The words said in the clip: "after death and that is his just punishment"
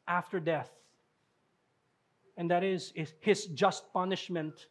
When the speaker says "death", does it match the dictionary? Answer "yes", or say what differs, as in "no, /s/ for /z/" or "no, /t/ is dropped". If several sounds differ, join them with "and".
yes